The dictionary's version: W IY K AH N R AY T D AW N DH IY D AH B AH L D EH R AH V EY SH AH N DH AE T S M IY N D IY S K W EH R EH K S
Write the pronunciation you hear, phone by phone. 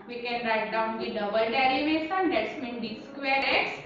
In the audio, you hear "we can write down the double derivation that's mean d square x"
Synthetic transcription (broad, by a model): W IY K AH N R AY T D AW N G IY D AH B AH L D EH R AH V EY S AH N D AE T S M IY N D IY S K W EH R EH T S